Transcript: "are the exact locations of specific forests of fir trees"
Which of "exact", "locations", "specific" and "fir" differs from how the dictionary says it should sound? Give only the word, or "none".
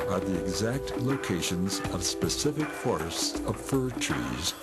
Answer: none